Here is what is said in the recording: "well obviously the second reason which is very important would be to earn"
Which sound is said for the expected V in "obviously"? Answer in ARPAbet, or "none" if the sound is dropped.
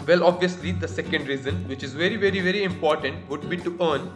V